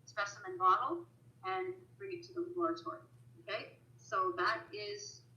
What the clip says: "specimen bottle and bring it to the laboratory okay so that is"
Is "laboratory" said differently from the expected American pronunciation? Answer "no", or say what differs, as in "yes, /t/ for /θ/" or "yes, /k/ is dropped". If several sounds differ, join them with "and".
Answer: yes, /b/ is dropped